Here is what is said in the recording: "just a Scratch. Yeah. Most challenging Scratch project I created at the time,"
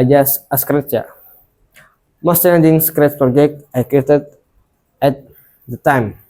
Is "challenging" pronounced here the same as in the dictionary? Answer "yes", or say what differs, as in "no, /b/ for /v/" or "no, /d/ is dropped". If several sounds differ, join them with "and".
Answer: no, /n/ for /l/ and /n/ is dropped